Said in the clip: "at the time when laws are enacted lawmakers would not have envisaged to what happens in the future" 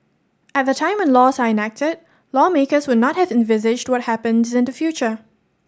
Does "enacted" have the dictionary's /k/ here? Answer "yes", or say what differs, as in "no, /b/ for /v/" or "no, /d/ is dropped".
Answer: yes